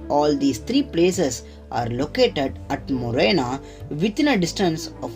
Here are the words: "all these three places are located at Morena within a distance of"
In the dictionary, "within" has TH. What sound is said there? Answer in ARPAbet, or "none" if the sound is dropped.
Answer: T